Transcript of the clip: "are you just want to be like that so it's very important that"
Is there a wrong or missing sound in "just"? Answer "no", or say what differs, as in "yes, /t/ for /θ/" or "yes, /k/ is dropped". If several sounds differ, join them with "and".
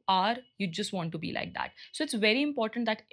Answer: no